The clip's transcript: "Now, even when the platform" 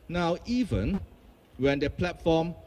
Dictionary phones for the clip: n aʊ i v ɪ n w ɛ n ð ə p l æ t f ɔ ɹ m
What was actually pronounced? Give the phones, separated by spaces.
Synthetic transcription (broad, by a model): n aʊ i v ɪ n w ɛ n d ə p l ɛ t f ɔ m